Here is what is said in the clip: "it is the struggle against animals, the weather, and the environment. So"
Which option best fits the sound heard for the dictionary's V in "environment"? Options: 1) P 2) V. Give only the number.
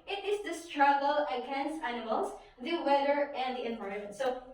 1